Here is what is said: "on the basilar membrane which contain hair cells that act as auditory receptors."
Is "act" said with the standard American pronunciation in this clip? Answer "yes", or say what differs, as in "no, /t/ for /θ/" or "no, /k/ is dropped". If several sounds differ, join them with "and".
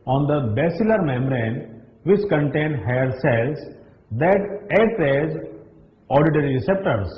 no, /k/ is dropped